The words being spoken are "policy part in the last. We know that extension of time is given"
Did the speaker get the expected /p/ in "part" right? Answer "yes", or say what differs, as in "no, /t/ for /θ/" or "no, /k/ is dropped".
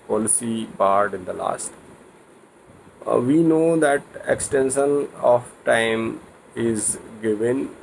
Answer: no, /b/ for /p/